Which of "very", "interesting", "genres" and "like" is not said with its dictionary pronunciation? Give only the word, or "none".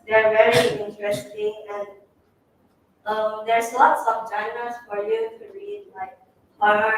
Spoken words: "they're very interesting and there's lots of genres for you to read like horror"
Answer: genres